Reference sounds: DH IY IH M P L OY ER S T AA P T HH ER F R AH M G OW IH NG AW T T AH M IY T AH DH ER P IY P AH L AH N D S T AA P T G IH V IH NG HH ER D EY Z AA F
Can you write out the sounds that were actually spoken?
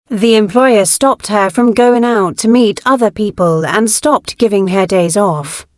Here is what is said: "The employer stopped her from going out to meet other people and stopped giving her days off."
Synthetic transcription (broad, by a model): DH IY IH M P L OY ER S T AA P T HH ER F R AH M G OW IH NG AW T T AH M IY T AH DH ER P IY P AH L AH N S T AA P T G IH V IH NG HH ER D EY Z AA F